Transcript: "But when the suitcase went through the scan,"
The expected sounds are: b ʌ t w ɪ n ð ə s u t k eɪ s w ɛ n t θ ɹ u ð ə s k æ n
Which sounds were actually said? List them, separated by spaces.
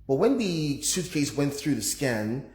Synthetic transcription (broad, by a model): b ʌ t w ɪ n ð ə s u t k eɪ s w ɛ n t θ ɹ u ð ə s k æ n